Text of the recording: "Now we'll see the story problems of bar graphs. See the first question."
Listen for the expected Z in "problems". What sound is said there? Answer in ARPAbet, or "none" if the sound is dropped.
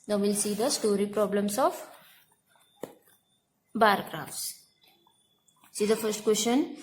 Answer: S